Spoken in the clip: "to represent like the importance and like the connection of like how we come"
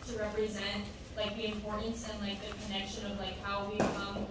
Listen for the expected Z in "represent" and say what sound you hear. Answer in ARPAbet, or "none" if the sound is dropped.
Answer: Z